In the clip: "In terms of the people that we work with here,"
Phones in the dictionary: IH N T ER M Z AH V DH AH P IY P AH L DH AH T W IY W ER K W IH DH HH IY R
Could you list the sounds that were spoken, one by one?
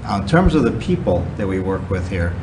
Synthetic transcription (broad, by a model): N T ER M Z AH V DH AH P IY P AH L DH AH T W IY W ER K W IH DH HH IY R